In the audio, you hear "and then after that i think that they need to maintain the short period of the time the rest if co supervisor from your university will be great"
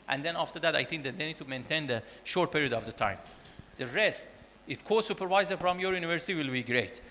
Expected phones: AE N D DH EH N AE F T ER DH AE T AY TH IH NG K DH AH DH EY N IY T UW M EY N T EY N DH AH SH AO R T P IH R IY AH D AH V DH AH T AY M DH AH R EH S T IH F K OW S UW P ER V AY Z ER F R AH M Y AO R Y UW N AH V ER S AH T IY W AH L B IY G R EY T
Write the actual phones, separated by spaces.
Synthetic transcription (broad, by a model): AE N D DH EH N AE F T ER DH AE T AY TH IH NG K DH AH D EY N IY T UW M EY N T EY N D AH SH AO R T P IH R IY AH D AH V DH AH T AY M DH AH R EH S T IH F K OW S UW P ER V AY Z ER F R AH M Y AO R Y UW N AH V ER S AH T IY W AH L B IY G R EY T